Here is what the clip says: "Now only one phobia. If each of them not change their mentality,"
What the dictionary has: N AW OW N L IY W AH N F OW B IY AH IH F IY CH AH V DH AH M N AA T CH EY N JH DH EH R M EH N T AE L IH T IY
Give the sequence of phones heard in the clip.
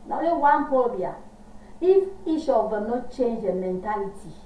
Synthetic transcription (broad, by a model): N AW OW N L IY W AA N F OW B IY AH IH F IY SH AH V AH N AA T CH EY N JH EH M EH N T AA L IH T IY